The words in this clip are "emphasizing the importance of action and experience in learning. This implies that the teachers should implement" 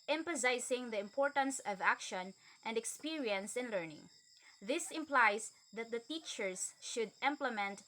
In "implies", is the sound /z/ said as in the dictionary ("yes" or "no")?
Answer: no